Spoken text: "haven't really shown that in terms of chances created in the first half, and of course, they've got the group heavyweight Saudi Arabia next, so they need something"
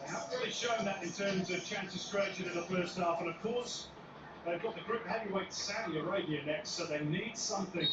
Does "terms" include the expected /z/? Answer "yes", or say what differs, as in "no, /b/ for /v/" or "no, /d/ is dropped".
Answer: yes